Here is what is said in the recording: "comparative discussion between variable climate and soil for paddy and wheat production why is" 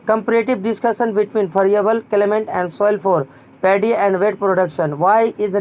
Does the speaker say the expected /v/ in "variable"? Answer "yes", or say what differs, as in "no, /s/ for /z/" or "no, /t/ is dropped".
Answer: no, /p/ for /v/